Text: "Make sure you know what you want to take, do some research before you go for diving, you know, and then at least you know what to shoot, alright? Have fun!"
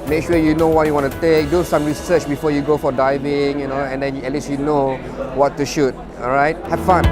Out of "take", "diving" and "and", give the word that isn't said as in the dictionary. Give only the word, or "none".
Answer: none